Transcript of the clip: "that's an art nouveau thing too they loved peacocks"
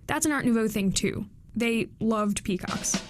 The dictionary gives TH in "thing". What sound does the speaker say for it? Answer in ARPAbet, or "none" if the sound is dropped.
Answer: TH